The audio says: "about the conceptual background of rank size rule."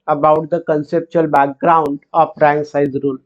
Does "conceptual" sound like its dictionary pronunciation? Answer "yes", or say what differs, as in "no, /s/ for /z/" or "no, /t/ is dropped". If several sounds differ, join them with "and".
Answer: yes